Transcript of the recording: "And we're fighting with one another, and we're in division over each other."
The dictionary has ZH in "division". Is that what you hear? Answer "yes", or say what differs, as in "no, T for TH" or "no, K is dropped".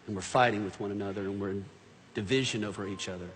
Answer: yes